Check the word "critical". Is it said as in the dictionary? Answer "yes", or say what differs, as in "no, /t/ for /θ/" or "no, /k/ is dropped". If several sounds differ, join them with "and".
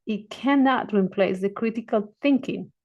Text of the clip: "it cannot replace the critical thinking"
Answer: yes